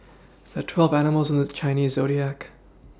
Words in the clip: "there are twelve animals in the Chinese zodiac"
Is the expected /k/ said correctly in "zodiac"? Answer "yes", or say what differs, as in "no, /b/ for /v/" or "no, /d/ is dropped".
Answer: yes